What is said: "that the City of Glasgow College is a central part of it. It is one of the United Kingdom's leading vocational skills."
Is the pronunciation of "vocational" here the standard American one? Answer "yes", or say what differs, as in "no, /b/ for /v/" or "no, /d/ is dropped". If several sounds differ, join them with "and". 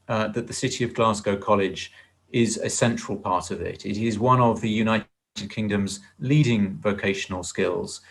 yes